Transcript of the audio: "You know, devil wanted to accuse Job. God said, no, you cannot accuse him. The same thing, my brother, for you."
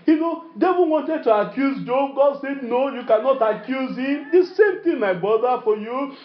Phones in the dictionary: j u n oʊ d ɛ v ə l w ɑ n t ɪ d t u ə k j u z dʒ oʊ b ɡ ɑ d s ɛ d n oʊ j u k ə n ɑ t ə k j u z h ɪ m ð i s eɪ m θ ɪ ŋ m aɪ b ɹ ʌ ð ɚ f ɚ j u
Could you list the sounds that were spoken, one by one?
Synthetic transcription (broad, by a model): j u n oʊ d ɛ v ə n w ɑ n t ɪ d t u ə k j u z dʒ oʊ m ɡ ɑ d s ɛ d n oʊ j u k ə n ɑ t ə k j u z h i m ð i s eɪ m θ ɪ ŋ m aɪ b ɹ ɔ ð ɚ f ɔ j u